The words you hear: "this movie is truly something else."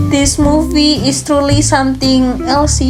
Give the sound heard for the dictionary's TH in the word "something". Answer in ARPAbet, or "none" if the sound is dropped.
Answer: T